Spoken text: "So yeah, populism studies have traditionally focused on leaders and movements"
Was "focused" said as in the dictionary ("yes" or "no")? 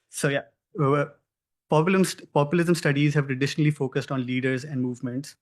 yes